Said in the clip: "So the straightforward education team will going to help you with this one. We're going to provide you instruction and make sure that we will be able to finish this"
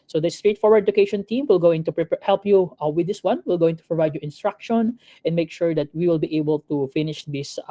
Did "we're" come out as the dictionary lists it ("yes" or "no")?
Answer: no